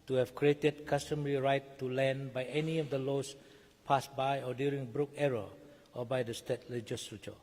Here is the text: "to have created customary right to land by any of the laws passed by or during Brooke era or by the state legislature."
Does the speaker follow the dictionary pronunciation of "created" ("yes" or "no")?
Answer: yes